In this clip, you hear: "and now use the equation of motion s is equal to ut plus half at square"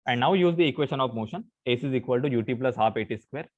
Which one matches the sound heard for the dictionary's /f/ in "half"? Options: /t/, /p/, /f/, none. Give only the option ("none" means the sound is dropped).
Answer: /p/